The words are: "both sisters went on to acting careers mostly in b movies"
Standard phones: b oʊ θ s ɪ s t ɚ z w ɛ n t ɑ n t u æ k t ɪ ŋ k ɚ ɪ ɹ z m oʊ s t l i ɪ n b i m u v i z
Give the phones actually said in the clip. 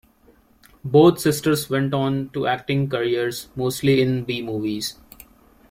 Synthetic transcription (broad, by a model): b oʊ t s ɪ s t ɚ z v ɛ n t ɑ n t u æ k t ɪ ŋ k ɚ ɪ ɹ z m oʊ s t l i ɪ n b i m u v i z